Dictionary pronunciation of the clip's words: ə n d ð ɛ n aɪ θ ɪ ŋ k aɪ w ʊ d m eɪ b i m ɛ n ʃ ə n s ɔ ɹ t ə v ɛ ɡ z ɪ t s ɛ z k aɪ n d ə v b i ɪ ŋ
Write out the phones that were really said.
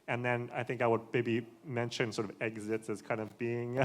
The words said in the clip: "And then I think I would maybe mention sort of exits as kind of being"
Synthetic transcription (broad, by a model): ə n ð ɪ n aɪ θ ɪ ŋ k aɪ w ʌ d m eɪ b i m ɛ n ʃ ə n s ɔ ɹ t ə v ɛ ɡ z ɪ t s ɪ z k aɪ n d ə v b i ɪ ŋ